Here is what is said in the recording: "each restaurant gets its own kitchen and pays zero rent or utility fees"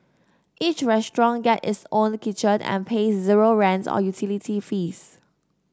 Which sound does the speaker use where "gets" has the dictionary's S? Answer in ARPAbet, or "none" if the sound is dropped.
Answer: none